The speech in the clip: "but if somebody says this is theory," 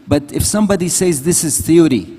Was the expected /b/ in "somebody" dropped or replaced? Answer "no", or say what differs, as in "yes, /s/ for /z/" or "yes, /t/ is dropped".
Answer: no